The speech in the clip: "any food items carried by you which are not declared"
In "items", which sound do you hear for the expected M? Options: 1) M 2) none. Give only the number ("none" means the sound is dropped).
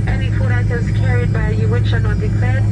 2